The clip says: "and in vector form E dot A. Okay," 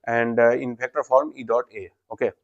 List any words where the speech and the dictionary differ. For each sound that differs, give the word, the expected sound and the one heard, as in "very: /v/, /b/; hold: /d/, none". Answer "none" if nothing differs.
vector: /v/, /p/